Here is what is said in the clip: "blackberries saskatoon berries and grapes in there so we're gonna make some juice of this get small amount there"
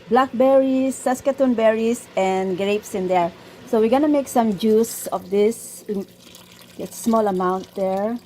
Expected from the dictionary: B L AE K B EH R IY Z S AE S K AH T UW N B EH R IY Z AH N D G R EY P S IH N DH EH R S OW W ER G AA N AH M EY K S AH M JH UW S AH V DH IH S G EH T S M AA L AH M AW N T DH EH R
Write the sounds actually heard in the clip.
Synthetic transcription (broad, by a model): B L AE K B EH R IY S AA S K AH T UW N B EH R IY S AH N G R EY P S IH N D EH R S OW W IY G AA N AH M EY K S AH M JH UW S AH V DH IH S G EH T S M AA L AH M AW N T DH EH R